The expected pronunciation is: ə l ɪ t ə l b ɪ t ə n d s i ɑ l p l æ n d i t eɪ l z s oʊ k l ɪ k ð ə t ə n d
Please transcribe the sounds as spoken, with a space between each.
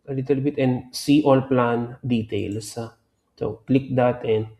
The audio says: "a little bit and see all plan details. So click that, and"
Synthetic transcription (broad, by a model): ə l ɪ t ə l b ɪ t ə n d s i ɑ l p l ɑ n d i t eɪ l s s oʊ k l ɪ k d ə t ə n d